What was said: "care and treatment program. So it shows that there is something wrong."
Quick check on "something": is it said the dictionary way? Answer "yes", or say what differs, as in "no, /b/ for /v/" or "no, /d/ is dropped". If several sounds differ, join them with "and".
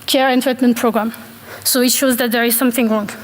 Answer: yes